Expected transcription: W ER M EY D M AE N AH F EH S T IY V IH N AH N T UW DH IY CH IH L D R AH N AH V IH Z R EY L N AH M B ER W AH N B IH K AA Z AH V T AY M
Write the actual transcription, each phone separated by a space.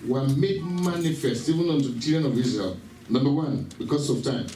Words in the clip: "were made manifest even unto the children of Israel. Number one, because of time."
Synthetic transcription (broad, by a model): W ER M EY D M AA N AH F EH S T IY V IH N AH N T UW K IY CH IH D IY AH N AH V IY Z R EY L N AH M B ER W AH N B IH K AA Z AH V T AY M